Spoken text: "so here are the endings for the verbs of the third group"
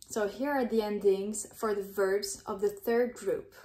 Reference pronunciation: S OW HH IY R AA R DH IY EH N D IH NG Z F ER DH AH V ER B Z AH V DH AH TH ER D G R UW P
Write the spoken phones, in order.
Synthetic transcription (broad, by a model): S OW HH IY R AA R DH IY EH N D IH NG Z F ER DH AH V ER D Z AH V DH AH TH ER D G R UW P